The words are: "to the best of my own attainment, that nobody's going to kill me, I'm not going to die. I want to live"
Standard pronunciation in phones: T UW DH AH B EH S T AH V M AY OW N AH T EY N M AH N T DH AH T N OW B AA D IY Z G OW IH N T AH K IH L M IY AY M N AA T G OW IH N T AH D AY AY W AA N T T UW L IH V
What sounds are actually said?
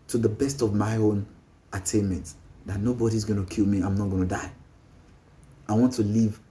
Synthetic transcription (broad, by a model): T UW DH AH B EH S T AH V M AY OW N AH T EY N M AH N T DH AH T N OW B AA D IY Z G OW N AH K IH L M IY AY M N AA T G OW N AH D AY AY W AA N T T UW L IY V